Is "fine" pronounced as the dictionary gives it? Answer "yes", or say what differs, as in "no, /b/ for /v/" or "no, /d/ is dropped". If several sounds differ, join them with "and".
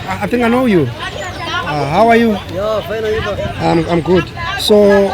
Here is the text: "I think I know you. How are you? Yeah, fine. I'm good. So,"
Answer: no, /n/ is dropped